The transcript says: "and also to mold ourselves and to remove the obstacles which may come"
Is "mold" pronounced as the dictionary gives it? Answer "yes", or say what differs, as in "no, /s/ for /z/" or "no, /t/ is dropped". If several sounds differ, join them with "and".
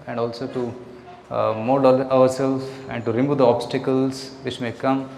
no, /l/ is dropped